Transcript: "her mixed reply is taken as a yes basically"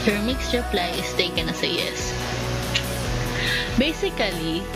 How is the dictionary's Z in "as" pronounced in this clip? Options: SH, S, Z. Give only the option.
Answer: S